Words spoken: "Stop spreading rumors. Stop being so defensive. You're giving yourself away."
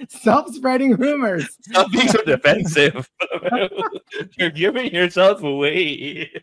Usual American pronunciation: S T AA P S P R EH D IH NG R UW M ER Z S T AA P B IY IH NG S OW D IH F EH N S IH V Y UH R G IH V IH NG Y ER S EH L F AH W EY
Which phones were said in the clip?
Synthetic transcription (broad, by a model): S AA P S P R EH D IH NG R UW M ER Z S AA B IY IH NG S OW D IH F EH N S IH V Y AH R G IH V IH NG Y ER S EH L F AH W EY